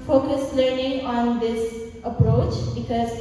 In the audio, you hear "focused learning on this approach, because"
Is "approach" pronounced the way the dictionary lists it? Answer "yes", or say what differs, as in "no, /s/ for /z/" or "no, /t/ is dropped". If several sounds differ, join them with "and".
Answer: yes